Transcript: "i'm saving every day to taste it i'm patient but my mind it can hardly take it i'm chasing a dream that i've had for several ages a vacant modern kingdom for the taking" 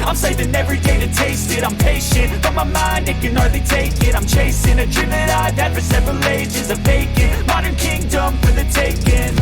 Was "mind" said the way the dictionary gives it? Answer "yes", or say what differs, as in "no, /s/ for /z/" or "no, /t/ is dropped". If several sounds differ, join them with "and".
yes